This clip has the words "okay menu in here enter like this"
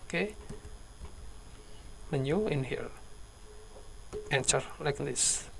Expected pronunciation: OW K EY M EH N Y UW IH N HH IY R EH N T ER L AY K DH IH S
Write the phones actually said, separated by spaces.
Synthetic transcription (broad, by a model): K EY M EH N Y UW IH N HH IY L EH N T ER L AY K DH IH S